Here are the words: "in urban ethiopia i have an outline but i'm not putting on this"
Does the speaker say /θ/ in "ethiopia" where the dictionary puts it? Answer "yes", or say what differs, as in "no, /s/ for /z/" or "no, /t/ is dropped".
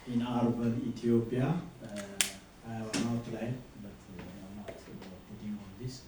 no, /t/ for /θ/